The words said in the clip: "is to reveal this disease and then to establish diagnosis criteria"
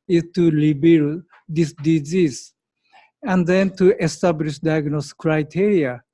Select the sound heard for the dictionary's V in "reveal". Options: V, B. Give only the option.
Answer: B